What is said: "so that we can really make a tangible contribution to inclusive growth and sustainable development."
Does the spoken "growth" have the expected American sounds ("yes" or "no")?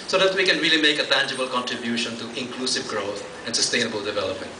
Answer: no